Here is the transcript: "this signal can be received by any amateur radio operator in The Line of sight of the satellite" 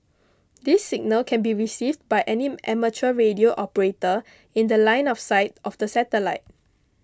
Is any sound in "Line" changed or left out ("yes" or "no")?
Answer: no